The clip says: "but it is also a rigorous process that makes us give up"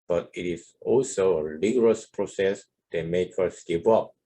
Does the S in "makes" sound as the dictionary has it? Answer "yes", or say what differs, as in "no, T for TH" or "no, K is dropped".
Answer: no, S is dropped